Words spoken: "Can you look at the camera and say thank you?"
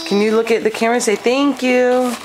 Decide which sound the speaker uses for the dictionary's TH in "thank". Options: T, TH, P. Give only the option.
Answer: TH